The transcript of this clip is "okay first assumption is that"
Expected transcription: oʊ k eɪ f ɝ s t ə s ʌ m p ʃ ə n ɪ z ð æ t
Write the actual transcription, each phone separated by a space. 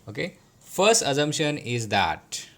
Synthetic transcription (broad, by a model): oʊ k eɪ f ɝ s t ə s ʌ m p ʃ ə n ɪ z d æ t